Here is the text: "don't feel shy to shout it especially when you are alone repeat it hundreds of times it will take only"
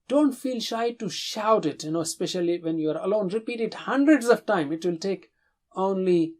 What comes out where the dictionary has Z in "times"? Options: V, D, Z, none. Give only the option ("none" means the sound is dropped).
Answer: none